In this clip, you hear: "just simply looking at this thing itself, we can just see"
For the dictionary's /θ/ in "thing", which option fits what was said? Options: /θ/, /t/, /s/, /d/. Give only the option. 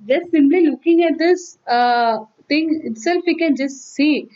/t/